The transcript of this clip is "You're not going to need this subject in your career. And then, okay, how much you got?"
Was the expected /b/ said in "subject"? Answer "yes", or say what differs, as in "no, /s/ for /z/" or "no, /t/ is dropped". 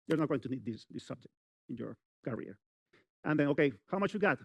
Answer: yes